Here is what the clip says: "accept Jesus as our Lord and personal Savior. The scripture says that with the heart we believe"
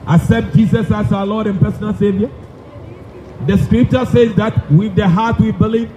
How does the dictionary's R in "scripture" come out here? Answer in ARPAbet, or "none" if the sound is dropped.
R